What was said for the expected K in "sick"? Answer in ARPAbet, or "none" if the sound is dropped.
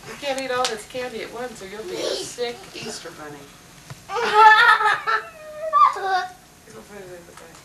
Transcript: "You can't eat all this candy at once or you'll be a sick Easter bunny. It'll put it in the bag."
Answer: K